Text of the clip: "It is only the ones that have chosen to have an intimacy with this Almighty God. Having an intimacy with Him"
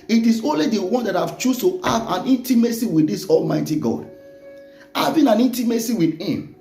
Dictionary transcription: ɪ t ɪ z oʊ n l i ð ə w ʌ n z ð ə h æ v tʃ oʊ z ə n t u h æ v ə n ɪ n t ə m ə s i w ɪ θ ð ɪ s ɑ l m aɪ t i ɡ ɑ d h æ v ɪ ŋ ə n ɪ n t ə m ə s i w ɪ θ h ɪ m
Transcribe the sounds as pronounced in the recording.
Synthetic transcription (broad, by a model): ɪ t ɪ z oʊ n l i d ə w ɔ n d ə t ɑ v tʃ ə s t u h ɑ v ə n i n t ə m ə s i w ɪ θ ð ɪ s ɑ l m aɪ t i ɡ ɑ d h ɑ v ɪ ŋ ə n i n t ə m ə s i w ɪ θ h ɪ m